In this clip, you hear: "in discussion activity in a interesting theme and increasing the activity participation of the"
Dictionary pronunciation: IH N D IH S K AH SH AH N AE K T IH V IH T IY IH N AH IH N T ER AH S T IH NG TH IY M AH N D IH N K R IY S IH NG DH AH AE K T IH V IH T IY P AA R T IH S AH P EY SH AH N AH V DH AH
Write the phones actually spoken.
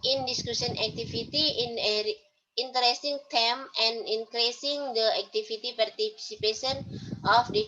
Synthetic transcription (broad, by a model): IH N D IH S K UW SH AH N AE K T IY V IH T IY IH N AH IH N T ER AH S T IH NG T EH M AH N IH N K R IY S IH NG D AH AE K T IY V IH T IY P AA R T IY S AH P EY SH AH N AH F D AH